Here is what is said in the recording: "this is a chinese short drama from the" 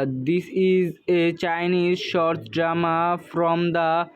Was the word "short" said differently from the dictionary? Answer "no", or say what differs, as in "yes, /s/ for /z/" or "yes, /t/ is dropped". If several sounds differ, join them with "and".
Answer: no